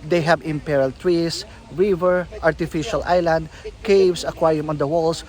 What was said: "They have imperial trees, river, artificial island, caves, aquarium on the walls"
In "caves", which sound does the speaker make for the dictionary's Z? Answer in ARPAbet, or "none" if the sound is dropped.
S